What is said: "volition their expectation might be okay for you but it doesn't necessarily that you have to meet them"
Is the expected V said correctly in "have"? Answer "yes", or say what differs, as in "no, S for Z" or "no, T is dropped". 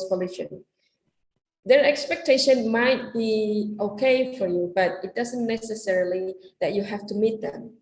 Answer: no, F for V